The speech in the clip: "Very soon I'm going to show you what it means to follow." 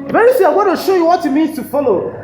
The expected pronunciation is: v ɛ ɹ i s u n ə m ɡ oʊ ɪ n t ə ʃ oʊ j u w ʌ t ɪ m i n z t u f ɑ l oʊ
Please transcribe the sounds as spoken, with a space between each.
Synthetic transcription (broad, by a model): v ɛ ɹ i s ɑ ə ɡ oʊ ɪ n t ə ʃ oʊ j u w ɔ t ɪ m i n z t u f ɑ l oʊ